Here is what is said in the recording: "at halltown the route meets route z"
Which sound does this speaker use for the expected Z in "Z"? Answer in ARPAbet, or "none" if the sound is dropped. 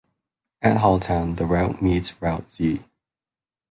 S